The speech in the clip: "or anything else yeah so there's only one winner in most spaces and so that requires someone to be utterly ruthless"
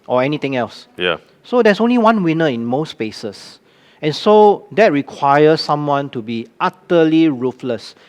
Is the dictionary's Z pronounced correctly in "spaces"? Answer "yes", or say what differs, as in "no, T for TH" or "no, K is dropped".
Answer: no, S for Z